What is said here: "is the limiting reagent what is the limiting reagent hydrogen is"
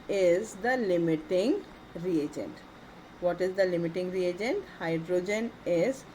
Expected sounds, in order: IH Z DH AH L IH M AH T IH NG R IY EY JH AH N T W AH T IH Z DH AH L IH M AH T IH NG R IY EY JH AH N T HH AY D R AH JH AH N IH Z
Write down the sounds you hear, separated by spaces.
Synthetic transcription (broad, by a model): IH Z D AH L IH M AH T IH NG R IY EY JH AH N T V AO T IH Z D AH L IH M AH T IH NG R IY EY JH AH N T HH AY D R AH JH AH N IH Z